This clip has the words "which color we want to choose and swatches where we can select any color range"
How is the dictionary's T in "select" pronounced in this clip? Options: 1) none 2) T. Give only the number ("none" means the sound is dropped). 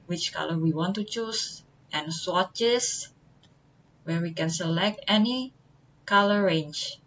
2